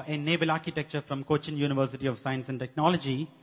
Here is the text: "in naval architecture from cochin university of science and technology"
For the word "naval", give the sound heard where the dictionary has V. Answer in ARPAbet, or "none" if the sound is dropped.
B